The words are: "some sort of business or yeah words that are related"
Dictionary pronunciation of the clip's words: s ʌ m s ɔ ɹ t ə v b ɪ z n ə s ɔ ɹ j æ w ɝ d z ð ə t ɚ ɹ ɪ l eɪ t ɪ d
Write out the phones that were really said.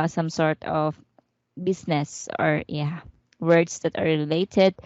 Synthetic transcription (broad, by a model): s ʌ m s ɔ ɹ t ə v b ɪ s n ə s ɔ ɹ j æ w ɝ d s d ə t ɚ ɹ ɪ l eɪ t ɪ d